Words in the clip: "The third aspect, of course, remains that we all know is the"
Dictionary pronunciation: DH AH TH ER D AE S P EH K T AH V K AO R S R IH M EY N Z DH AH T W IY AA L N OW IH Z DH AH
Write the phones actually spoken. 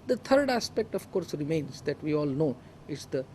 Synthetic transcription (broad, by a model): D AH T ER D AE S P EH K T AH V K AO R S R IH M EY N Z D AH T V IY AA L N OW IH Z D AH